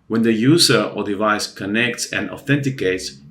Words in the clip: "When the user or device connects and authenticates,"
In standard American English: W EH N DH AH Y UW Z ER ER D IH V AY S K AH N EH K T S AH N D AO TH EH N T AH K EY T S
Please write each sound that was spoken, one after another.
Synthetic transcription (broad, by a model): W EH N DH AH Y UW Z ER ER D IH V AY S K AH N EH K T S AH N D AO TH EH N T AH K EY T S